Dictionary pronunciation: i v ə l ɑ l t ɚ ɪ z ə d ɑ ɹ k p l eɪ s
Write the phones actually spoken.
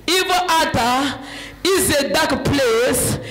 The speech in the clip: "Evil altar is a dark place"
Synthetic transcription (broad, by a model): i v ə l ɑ t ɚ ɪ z ə d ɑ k p l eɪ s